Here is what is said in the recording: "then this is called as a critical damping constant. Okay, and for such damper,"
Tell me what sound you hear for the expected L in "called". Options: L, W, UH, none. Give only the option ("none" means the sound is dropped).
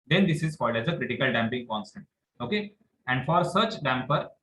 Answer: none